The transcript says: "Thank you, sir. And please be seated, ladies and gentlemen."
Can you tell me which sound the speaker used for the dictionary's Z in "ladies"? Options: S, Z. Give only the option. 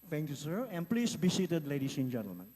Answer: S